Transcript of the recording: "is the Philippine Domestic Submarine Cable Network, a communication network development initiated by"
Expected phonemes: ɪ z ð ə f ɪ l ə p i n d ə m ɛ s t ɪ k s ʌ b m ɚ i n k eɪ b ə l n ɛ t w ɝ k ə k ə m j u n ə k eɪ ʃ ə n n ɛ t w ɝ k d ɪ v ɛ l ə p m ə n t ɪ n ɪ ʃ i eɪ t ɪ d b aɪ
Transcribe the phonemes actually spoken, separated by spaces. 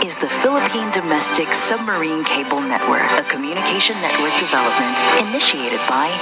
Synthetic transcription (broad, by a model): ɪ z ð ə f ɪ l ə p i n d ə m ɛ s t ɪ k s ʌ b m ɚ i n k eɪ b l n ɛ t w ɝ k ə k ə m j u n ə k eɪ ʃ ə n n ɛ t w ɝ k d ɪ v ɛ l ə p m ə n t ɪ n ɪ ʃ i eɪ t ɪ d b aɪ